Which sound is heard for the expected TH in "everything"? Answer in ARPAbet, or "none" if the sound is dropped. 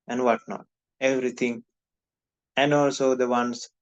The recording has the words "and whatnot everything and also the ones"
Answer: T